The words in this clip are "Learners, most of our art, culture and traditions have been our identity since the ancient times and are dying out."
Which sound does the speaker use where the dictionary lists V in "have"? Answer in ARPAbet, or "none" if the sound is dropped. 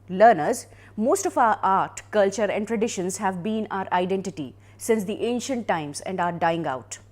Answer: V